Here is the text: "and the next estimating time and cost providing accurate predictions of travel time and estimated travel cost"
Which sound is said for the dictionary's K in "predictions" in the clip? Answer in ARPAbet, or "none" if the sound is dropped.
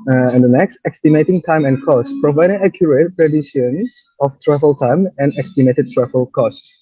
none